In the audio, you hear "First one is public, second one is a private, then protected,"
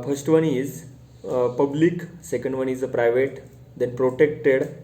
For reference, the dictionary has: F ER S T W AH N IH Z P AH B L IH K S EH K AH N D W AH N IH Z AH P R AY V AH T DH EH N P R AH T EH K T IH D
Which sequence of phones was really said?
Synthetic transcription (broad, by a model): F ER S T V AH N IH Z P AH B L IH K S EH K AH N D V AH N IH Z AH P R AY V AH T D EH N P R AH T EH K T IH D